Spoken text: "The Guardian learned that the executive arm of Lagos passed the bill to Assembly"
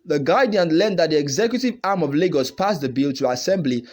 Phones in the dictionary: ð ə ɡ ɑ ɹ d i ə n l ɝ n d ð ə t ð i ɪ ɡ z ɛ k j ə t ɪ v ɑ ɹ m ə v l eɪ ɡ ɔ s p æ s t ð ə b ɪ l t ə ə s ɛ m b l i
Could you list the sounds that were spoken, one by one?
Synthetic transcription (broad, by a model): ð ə ɡ ɑ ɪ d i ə n l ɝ n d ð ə t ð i ɪ ɡ z ɛ k j ə t ɪ v ɑ ɹ m ə v l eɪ ɡ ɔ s p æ s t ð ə b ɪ l t ə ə s ɛ m b l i